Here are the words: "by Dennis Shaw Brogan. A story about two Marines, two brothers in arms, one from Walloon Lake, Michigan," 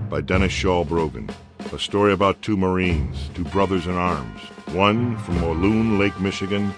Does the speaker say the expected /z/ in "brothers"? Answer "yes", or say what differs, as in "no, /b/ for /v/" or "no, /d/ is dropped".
yes